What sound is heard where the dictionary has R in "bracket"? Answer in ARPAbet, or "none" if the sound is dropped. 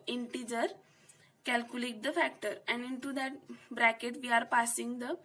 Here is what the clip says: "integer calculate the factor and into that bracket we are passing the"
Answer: R